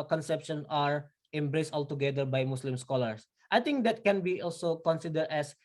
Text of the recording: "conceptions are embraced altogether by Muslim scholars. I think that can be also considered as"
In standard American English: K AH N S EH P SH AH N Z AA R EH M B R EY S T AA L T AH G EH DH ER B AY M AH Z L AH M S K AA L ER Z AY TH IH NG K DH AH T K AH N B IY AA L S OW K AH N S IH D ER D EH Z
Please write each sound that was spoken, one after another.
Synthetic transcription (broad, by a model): K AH N S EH P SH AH N AA R EH M B R EY S T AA L T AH G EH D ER B AY M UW S L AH M S K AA L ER S AY T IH NG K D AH T K AH N B IY AA L S OW K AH N S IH D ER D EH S